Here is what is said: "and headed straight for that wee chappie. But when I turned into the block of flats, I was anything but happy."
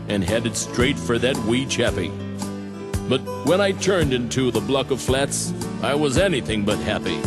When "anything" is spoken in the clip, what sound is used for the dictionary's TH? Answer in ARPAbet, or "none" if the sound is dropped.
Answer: TH